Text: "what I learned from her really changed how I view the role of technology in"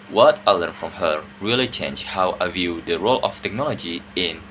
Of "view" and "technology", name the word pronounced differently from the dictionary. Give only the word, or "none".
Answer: none